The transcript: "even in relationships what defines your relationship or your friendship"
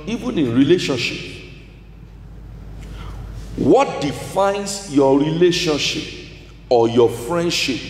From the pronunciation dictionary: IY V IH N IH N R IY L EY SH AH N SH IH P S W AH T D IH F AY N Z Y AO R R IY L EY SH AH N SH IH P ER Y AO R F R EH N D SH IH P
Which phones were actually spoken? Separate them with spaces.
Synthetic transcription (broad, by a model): IY V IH N IH N R IY L EY SH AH N SH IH P W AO T D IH F AY N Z Y AO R R IY L EY SH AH N SH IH P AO Y AO F R EH N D SH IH P